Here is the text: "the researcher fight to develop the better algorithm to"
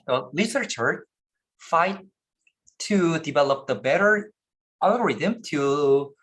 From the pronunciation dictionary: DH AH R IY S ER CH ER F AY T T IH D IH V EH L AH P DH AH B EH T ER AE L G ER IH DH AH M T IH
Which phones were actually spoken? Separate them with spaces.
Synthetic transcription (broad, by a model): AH L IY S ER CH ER F AY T T IH D IH V EH L AH P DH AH B EH T ER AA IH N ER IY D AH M T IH